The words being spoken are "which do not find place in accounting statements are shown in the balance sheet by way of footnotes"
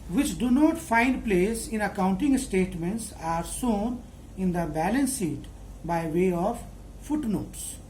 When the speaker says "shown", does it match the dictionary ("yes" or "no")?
no